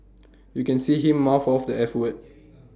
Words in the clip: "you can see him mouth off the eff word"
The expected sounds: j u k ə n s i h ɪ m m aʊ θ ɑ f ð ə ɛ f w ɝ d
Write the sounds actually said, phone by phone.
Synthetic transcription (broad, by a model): j u k ə n s i h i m m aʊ f ɑ f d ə ɛ f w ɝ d